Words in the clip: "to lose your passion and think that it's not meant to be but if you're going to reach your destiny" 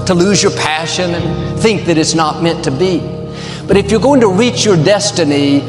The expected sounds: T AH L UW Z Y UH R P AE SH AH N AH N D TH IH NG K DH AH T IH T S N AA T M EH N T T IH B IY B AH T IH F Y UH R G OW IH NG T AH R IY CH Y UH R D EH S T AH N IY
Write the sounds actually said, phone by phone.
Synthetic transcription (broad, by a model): T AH L UW Z Y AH R P AE SH AH N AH N TH IH NG K DH AH T IH T S N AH T M EH N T T IH B IY B AH T IH F Y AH R G OW IH NG T AH R IY CH Y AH R D EH S T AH N IY